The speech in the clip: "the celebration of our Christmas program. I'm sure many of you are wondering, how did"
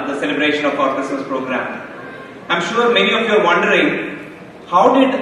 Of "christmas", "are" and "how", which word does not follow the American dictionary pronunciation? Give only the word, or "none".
christmas